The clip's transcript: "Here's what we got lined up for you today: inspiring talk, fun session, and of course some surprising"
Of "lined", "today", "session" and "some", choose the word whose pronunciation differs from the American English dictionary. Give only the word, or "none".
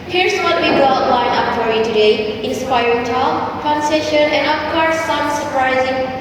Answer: lined